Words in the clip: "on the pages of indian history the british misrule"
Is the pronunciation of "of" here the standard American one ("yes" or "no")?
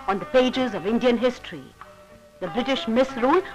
yes